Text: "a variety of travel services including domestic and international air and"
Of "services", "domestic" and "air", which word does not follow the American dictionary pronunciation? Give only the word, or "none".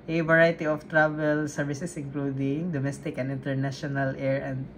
services